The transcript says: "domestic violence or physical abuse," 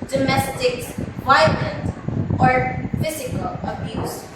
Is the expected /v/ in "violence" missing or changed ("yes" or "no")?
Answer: yes